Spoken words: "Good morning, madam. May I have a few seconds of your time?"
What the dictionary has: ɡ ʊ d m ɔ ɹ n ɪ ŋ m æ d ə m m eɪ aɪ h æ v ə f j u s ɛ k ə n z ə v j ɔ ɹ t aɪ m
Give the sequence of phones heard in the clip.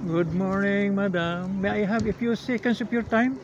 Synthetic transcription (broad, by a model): ɡ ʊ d m ɔ ɹ n ɪ ŋ m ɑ d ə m m eɪ aɪ h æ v ə f j u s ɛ k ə n s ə p j ɔ ɹ t aɪ m